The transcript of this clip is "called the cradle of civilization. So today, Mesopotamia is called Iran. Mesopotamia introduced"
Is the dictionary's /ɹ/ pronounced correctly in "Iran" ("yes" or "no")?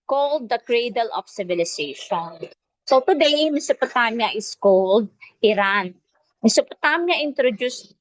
yes